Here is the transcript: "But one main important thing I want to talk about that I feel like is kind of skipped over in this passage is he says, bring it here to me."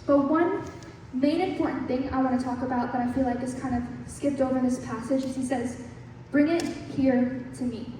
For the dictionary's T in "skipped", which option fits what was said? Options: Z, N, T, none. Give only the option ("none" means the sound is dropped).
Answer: T